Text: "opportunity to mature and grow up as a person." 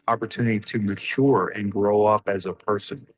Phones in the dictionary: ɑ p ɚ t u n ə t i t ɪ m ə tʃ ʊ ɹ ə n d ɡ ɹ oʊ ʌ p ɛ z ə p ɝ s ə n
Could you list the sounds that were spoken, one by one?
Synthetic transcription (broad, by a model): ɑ p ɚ t u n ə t i t ɪ m ə tʃ ʊ ɹ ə n ɡ ɹ oʊ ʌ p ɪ z ə p ɝ s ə n